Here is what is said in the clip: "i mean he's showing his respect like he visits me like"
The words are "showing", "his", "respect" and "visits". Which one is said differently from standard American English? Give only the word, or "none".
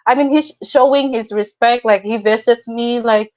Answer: visits